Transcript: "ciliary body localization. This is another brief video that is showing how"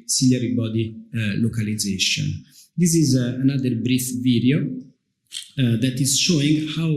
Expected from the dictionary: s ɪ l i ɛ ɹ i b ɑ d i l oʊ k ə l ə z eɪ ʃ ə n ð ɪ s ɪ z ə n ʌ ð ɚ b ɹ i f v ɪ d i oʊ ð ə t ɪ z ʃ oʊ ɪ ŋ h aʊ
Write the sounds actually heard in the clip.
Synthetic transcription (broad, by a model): s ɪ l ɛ ɹ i b ɑ d i l oʊ k ə l ə z eɪ ʃ ə n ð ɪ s ɪ z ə n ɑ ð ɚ b ɹ i f v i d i oʊ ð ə t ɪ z ʃ oʊ ɪ ŋ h aʊ